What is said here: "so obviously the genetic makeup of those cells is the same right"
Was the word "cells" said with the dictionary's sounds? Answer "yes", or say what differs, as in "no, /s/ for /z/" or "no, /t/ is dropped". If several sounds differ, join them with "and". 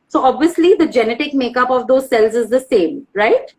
yes